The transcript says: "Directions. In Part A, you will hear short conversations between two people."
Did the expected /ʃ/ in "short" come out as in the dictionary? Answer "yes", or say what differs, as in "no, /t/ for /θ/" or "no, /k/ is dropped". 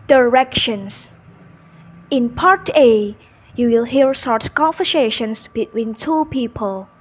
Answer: no, /s/ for /ʃ/